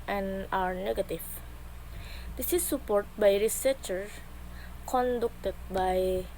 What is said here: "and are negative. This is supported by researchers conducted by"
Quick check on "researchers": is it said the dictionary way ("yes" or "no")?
no